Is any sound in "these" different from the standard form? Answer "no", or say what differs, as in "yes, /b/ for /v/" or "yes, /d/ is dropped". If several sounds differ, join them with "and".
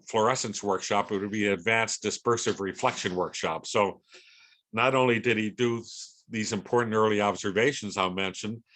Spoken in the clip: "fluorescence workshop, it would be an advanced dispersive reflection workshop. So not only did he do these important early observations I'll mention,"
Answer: no